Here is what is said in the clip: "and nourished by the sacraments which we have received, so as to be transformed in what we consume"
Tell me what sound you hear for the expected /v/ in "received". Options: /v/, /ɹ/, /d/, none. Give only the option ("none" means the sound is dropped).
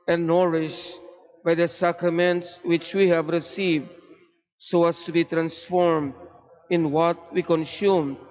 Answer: /v/